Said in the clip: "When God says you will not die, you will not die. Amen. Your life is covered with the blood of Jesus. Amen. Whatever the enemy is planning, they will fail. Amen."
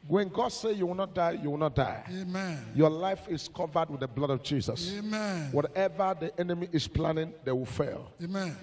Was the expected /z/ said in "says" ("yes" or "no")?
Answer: no